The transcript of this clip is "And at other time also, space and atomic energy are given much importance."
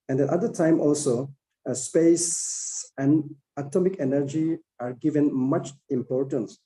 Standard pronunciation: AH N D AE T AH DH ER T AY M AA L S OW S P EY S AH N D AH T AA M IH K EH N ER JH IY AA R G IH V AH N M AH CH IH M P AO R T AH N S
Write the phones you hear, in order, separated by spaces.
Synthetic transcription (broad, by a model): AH N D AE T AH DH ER T AY M AA L S OW S P EY S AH N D AH T AA M IH K EH N ER JH IY AA R G IH V AH N M AH CH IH M P AO R T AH N S